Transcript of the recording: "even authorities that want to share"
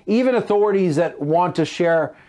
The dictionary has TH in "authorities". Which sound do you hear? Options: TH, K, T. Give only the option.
TH